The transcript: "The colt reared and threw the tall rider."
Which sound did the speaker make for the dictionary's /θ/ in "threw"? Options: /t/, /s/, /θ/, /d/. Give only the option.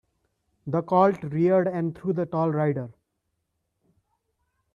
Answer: /t/